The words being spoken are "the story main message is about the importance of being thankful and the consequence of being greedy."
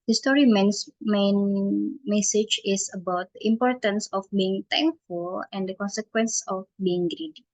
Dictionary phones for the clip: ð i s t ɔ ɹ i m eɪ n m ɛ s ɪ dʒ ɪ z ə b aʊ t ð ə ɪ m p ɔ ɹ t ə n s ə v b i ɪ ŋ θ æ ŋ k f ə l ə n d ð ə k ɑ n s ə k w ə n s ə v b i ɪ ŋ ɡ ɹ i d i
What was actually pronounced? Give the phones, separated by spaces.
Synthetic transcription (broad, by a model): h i s t ɔ ɹ i m eɪ n m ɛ s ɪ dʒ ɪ s ə b aʊ t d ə ɪ m p ɔ ɹ t ə n s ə f b i ɪ ŋ t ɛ ŋ k f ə l ə n d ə k ɑ n s ə k w ə n s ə f b i ɪ ŋ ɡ ɹ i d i